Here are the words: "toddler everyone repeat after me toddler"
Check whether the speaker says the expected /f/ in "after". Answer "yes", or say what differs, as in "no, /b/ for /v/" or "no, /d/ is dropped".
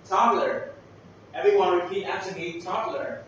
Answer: no, /f/ is dropped